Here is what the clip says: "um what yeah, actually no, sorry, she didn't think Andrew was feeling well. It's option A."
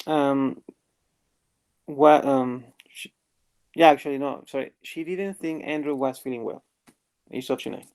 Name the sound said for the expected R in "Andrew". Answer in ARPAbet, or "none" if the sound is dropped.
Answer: R